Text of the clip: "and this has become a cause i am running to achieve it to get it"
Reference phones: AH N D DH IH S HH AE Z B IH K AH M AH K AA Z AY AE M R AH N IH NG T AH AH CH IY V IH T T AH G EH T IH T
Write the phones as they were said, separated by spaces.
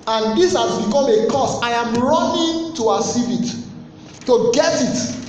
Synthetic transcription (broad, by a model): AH N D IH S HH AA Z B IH K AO M AH K AA S AY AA M R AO N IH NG T AH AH S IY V IH T T AH G EH T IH T